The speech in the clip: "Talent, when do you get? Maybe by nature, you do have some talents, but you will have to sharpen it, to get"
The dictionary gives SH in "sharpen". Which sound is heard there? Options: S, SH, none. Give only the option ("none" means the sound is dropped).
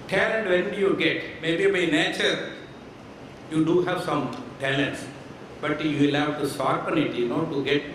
S